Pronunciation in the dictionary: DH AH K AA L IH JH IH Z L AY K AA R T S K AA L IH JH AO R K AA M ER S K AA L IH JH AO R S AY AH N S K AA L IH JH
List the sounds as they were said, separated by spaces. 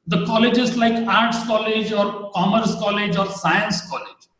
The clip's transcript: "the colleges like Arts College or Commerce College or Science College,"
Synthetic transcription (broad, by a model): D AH K AA L IH JH IH Z L AY K AA R T S K AA L IH JH AO R K AA M ER S K AA L IH JH AO R S AY AH N S K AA L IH JH